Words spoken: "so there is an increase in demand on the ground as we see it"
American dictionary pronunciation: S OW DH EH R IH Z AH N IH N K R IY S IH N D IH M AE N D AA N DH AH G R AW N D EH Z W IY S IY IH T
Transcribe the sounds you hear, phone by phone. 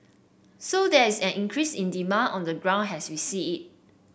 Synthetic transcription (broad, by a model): S OW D EH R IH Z AH N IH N K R IY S IH N D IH M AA N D AA N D AH G R AW N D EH S W IY S IY IH T